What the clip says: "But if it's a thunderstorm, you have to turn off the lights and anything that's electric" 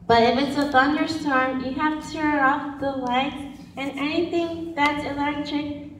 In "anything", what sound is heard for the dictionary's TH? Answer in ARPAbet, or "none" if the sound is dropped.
TH